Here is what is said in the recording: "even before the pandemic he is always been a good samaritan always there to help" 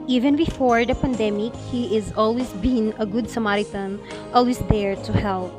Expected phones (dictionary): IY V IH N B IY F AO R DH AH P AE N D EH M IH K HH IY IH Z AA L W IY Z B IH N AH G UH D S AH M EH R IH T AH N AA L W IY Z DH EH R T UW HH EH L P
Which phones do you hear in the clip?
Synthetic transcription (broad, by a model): IY V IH N B IY F AO R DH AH P AE N D EH M IH K HH IY IH Z AA L W IY Z B IH N AH G UH D S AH M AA R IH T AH N AA L W IY Z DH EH R T UW HH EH L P